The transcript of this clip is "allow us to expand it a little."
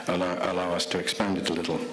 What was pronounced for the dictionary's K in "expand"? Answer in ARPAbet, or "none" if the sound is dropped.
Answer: K